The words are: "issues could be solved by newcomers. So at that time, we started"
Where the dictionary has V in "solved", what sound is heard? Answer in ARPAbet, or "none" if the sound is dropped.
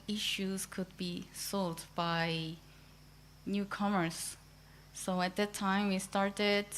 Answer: none